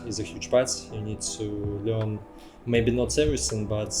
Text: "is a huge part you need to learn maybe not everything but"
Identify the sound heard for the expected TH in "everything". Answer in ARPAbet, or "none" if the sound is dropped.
S